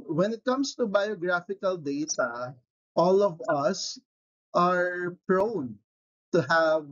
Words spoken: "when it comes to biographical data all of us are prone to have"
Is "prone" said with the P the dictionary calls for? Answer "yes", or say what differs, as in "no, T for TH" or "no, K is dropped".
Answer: yes